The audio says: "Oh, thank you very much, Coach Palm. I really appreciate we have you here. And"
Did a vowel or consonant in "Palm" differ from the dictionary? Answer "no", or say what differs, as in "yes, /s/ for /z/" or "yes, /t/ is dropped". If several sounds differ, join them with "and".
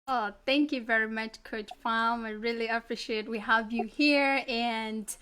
yes, /f/ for /p/